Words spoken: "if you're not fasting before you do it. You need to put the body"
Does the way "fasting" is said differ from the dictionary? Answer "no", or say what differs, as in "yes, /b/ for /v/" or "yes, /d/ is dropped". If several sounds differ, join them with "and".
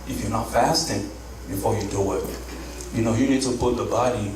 no